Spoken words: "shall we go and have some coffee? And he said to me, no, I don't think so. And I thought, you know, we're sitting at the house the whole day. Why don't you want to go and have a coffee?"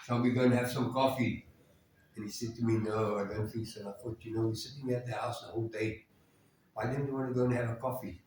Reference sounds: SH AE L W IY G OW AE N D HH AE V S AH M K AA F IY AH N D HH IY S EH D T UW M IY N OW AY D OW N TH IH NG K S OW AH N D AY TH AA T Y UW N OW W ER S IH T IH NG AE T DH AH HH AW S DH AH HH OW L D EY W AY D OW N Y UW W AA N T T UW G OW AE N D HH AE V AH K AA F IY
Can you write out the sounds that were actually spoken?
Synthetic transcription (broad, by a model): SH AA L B IY G OW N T HH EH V S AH M K AA F IY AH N HH IY S EH D T UW M IY N OW AY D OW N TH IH K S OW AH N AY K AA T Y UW N OW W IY S IH T IH NG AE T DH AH HH AW S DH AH HH OW L D EY W AY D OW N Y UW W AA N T T UW G OW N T HH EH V AH K AA F IY